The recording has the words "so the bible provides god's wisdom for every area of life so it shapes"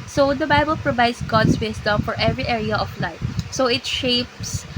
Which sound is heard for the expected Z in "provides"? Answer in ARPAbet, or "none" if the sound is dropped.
S